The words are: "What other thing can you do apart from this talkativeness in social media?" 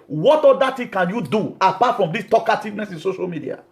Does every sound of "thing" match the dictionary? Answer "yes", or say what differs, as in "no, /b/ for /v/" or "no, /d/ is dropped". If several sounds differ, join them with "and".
no, /t/ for /θ/